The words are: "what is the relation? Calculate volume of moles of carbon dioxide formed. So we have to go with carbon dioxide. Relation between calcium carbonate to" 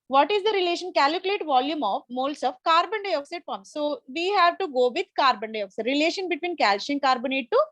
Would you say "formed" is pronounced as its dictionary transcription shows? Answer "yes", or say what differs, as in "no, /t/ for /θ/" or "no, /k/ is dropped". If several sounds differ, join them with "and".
no, /p/ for /f/